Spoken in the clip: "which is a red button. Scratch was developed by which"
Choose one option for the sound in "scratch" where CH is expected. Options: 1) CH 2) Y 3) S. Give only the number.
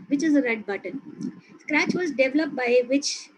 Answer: 1